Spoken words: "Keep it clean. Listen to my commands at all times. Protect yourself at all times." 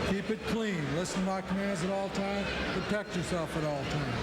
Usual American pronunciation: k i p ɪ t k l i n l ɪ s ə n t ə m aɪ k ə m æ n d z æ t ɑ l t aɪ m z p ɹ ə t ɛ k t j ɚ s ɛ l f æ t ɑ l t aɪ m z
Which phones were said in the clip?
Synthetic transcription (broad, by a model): k i p ɪ t k l i n l ɪ s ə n m aɪ k ə m æ n d z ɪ t ɑ l t aɪ m p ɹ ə t ɛ k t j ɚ s ɛ l f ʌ t ɑ l t aɪ m